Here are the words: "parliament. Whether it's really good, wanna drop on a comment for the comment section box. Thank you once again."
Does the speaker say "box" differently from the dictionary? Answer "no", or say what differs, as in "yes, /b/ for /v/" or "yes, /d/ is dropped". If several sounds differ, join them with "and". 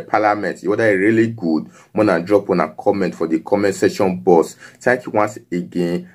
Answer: yes, /k/ is dropped